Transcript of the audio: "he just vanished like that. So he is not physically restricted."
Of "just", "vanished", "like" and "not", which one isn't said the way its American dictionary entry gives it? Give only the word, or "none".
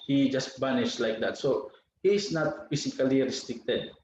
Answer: vanished